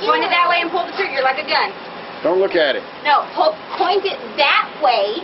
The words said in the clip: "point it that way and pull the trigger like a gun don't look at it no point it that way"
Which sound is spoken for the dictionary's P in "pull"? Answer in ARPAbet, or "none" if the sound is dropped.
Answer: P